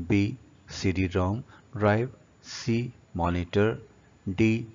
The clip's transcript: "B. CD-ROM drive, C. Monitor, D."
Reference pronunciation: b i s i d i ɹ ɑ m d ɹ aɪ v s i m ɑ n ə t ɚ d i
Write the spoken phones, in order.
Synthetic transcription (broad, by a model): b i s i d i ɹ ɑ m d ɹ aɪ b s i m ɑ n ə t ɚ d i